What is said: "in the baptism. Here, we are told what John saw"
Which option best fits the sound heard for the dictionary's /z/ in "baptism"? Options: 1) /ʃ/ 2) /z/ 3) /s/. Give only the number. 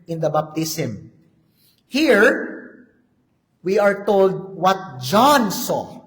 3